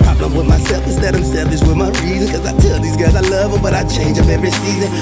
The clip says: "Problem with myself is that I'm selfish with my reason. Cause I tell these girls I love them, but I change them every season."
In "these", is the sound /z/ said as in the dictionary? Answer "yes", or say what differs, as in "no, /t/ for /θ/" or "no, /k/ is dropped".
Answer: yes